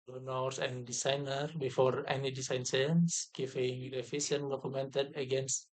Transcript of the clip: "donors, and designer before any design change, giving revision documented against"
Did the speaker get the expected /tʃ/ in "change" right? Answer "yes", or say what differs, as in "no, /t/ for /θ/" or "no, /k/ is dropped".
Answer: no, /s/ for /tʃ/